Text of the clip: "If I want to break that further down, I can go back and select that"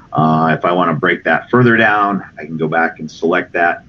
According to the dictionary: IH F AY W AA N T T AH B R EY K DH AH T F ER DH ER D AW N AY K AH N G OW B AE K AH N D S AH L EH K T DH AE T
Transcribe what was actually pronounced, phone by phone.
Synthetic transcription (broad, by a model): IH F AY W AA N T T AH B R EY K DH AH T F ER DH ER D AW N AY K N G OW B AE K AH N S AH L EH K T DH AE T